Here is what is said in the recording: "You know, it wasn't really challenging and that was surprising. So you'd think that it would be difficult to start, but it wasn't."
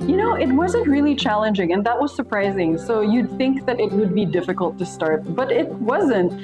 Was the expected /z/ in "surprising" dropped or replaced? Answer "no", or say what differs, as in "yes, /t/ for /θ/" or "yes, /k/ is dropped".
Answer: no